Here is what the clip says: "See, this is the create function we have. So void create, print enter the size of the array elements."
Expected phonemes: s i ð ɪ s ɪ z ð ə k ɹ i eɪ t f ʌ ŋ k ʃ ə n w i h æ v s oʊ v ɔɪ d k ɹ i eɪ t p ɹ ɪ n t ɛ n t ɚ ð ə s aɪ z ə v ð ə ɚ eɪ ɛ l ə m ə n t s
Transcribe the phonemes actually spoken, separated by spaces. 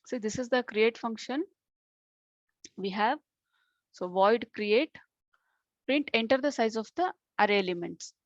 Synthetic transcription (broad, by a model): s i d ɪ s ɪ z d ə k ɹ i eɪ t f ʌ ŋ k ʃ ə n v i h æ v s oʊ v ɔɪ d k ɹ i eɪ t p ɹ ɪ n t ɛ n t ɚ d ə s aɪ z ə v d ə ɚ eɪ l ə m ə n t s